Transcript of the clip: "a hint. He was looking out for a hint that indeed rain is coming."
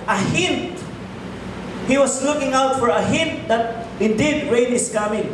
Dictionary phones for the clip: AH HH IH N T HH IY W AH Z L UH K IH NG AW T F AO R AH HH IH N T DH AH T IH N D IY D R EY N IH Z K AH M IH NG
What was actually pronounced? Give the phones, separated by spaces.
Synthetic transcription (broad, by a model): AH HH IH N T HH IY W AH S L UH K IH NG AW T F AO R AH HH IH N T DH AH T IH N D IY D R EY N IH S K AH M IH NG